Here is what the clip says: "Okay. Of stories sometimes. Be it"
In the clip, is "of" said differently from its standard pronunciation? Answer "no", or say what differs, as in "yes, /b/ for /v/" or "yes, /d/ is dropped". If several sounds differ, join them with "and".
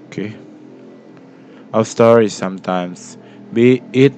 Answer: yes, /w/ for /v/